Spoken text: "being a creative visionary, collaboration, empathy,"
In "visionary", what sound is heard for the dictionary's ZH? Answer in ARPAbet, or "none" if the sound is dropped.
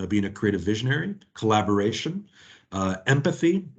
ZH